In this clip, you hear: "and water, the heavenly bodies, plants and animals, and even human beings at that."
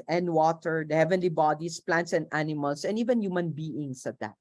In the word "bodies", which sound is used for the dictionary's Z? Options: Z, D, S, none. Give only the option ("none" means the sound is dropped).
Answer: S